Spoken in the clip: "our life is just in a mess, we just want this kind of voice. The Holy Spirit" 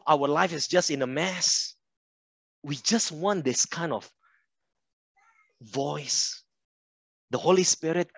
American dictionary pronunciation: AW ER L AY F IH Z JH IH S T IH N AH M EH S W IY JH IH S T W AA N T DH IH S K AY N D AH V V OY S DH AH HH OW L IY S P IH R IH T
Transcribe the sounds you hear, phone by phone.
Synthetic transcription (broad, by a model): AW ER L AY F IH S JH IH S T IH N AH M EH S W IY JH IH S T W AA N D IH S K AY N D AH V V OY S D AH HH OW L IY S P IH R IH T